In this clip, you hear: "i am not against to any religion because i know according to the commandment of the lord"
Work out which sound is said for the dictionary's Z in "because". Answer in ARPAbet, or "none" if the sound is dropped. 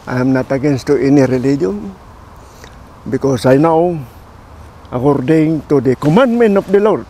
S